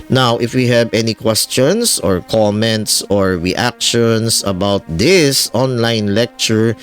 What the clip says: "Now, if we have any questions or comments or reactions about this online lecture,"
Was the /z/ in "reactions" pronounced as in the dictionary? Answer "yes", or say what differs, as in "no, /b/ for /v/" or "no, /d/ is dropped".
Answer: no, /s/ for /z/